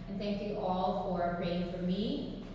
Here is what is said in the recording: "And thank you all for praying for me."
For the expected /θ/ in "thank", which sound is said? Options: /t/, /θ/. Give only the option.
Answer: /θ/